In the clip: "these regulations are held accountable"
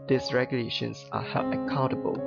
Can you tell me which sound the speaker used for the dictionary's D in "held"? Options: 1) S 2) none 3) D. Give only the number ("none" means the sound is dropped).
2